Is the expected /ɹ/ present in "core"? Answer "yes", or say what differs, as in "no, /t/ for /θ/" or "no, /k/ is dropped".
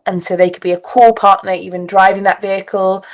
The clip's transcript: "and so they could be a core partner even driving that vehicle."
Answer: no, /l/ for /ɹ/